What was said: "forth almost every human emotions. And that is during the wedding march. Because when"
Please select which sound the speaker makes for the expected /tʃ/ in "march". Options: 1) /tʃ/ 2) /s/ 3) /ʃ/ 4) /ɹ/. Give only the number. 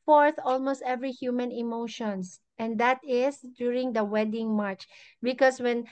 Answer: 1